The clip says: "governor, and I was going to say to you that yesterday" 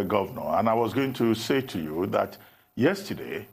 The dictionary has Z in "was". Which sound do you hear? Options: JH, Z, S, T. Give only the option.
Z